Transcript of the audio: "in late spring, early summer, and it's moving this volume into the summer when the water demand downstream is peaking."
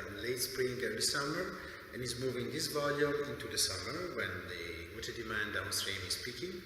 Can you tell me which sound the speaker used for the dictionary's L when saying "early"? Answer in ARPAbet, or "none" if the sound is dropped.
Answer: none